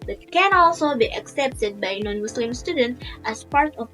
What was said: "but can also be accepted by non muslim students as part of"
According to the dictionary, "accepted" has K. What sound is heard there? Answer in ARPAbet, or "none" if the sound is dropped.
K